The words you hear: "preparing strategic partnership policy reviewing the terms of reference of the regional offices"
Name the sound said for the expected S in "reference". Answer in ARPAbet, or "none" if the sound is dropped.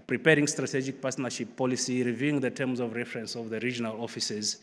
S